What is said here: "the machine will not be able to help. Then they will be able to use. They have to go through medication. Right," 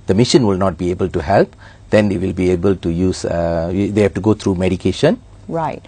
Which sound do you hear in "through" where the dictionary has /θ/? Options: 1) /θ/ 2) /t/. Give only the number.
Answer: 2